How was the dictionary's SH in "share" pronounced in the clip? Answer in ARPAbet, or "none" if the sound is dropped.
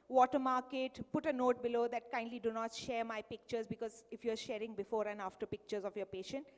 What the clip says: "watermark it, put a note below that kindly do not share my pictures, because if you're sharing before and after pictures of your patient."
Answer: SH